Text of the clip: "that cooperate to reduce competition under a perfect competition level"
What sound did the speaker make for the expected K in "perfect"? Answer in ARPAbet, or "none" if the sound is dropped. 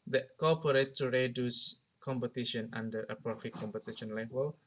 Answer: none